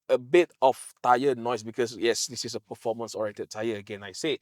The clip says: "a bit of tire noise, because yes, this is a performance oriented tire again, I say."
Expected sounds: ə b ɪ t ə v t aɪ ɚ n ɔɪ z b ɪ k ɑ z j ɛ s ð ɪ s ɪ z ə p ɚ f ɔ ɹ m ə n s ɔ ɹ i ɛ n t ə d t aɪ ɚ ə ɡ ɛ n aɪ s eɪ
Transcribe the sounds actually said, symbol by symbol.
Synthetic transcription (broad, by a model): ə b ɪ t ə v t aɪ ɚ n ɔɪ s b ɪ k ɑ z j ɛ s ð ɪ s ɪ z ə p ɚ f ɔ m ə n s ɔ ɹ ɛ t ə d t aɪ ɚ ə ɡ ɛ n aɪ s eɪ